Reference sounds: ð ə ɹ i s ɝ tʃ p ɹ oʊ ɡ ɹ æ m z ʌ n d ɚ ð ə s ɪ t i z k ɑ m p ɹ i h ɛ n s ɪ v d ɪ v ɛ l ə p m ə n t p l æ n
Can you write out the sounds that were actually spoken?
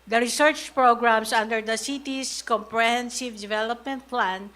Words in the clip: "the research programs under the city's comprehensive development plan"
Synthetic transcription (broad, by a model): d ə ɹ i s ɝ tʃ p ɹ oʊ ɡ ɹ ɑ m s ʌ n d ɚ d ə s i t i s k ɑ m p ɹ i h ɛ n s ɪ v d ɪ v ɛ l ə p m ə n t p l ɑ n